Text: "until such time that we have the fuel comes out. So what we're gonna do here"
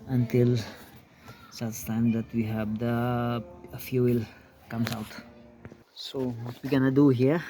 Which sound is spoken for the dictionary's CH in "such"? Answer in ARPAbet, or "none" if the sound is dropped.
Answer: S